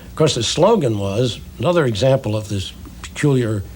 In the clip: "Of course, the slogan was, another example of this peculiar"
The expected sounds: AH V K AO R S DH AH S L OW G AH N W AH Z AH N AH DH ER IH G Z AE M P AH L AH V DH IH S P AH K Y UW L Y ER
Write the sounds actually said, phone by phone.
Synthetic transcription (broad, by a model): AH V K AO R S DH AH S L OW G AH N W AH Z AH N AH DH ER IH G Z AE M P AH L AH V DH IH S P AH K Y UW L Y ER